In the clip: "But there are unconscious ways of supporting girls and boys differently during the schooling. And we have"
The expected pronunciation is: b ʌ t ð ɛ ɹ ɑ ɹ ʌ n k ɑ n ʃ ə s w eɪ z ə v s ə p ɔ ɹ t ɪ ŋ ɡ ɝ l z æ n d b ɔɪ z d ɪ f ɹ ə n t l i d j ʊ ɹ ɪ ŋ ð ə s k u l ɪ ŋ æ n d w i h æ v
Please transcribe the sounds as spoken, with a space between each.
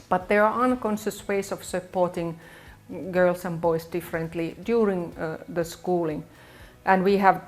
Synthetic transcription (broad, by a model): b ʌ t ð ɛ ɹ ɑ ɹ ʌ n k ɑ n ʃ ə s w eɪ s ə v s ə p ɔ ɹ t ɪ ŋ ɡ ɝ l s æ n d b ɔɪ s d ɪ f ɹ ə n t l i d j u ɹ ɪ ŋ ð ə s k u l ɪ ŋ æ n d w i h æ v